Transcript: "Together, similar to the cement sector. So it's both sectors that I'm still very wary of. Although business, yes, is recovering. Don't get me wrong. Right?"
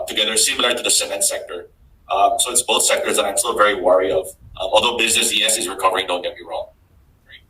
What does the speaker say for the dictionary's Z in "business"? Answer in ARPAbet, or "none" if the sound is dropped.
Z